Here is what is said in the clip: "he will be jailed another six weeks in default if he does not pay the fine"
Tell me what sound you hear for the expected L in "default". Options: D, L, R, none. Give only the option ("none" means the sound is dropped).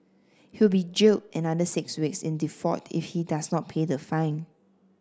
none